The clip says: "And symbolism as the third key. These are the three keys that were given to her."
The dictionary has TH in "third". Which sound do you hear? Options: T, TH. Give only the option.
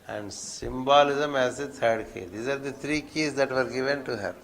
T